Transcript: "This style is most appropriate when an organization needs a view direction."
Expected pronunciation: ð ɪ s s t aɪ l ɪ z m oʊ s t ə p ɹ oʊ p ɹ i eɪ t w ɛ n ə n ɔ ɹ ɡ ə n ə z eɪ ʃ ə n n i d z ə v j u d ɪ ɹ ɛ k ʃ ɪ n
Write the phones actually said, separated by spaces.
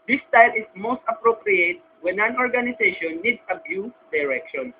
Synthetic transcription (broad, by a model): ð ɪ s s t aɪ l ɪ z m oʊ s t ə p ɹ oʊ p ɹ i eɪ t w ɛ n ə n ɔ ɹ ɡ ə n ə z eɪ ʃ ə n n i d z ə b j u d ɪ ɹ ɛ k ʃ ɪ n